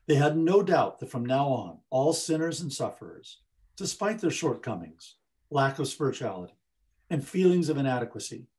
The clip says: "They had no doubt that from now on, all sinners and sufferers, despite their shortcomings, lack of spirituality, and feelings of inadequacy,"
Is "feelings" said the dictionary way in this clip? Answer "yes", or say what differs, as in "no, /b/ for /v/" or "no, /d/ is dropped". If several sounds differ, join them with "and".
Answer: yes